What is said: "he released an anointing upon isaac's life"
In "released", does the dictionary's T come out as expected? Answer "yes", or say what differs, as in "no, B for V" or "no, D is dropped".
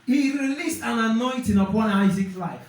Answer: yes